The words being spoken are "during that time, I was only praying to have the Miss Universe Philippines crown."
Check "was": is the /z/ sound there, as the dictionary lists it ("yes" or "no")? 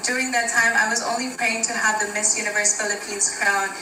yes